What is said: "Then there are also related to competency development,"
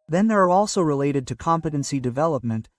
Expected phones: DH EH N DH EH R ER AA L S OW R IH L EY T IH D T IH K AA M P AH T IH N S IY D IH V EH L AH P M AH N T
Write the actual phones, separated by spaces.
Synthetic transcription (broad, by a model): DH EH N DH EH R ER AA L S OW R IH L EY T IH D T IH K AA M P AH T IH N S IY D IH V EH L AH P M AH N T